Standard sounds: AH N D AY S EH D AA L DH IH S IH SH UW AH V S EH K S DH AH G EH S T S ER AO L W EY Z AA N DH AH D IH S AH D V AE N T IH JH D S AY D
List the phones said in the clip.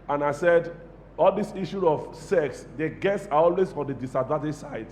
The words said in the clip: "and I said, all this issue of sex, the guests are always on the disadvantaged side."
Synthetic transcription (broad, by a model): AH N AY S EH D AA L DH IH S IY SH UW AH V S EH K S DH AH G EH T S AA AO L W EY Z AA N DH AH D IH S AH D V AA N T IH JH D S AY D